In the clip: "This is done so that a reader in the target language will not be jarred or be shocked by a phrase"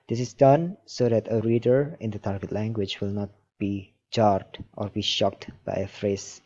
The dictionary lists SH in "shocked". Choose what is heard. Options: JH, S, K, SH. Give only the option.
SH